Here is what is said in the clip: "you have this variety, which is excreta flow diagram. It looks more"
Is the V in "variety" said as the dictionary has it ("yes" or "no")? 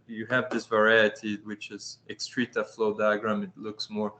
yes